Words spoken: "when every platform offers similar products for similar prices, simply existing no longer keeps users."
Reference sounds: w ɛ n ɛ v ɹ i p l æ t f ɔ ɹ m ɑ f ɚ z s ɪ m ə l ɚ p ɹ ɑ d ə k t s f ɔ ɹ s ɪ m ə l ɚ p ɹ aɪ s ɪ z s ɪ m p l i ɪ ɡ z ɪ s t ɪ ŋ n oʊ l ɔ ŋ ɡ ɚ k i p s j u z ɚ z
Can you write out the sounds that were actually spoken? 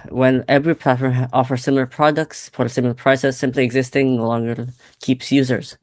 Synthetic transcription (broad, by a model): w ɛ n ɛ v ɹ i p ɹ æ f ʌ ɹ ɑ f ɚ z s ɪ m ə l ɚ p ɹ ɑ d ə k t s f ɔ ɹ s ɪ m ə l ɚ p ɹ aɪ s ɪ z s ɪ m p l i ɪ ɡ z ɪ s t ɪ ŋ n oʊ l ɔ ŋ ɡ ɚ k i p s j u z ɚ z